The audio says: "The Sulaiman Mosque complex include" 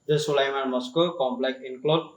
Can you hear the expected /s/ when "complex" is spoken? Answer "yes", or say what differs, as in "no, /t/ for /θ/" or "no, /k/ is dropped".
no, /s/ is dropped